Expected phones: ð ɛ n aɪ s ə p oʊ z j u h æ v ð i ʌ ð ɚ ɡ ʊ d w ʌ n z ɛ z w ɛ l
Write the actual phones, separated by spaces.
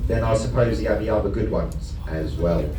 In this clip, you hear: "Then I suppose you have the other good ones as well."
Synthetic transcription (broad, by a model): ð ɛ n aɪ s ə p oʊ z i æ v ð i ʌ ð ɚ ɡ ʊ d w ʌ n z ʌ z w ɛ l